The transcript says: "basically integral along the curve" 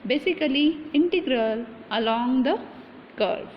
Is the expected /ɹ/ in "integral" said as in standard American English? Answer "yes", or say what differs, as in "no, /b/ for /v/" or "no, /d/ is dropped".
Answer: yes